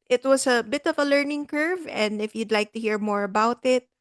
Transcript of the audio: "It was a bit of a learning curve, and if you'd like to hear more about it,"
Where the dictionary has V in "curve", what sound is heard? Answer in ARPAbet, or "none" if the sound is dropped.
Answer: V